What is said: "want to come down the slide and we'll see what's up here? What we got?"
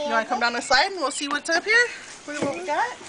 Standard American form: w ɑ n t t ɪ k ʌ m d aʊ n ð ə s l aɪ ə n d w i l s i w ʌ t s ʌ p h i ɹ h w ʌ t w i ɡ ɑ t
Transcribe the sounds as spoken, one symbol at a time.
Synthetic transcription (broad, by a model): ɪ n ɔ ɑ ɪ k ʌ m d aʊ n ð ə s aɪ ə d w i l s i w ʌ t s ʌ p h i ɹ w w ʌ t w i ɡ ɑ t